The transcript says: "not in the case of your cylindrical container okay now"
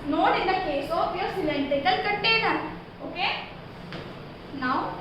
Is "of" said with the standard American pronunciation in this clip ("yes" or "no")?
no